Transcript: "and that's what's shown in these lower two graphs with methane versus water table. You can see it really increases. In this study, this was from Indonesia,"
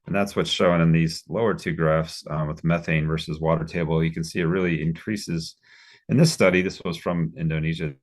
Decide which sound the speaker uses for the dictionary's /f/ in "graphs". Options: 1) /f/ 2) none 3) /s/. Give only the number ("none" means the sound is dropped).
1